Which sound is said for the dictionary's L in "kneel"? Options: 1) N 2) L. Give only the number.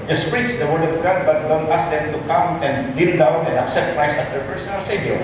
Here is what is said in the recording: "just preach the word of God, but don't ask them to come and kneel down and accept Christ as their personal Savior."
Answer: 1